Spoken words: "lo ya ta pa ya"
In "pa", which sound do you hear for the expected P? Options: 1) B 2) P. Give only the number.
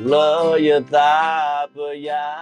1